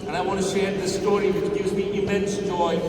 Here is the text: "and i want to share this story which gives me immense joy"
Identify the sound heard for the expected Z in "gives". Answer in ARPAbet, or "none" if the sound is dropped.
Z